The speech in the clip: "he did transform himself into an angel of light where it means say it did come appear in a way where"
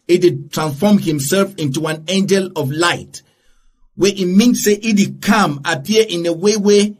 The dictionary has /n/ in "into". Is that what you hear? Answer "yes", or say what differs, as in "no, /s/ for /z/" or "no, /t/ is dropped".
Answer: yes